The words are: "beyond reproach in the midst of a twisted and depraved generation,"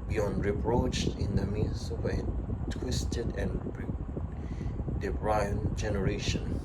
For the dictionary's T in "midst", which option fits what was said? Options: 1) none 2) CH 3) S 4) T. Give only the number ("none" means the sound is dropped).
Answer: 1